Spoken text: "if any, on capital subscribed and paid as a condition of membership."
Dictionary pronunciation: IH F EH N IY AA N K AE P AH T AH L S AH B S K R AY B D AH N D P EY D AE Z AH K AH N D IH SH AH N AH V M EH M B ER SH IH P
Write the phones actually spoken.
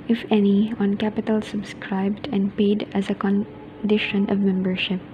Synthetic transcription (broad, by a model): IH F EH N IY AA N K AE P AH T AH L S AH B S K R AY B D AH N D P EY D AE Z AH K AH N D IH SH AH N AH V M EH M B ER SH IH P